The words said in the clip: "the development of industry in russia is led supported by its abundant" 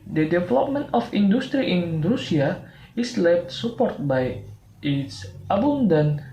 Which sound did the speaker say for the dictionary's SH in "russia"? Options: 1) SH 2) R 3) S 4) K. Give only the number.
3